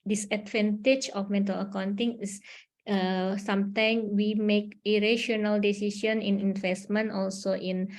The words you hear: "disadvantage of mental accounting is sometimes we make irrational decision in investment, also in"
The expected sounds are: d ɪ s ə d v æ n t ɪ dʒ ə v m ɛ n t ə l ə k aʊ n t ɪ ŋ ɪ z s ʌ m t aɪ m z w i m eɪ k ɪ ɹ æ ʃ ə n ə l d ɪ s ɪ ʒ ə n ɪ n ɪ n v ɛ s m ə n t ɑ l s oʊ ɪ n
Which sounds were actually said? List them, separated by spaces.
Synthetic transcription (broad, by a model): d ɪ s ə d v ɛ n t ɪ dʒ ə f m ɛ n t ə l ə k aʊ n t ɪ ŋ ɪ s s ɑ m t aɪ m w i m eɪ k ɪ ɹ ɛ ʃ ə n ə l d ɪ s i ʃ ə n ɪ n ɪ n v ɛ s m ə n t ɑ l s oʊ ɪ n